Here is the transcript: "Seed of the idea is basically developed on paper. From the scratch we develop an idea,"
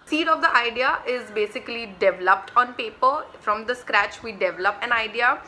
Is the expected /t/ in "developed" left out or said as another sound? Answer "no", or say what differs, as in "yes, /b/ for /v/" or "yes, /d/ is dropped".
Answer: no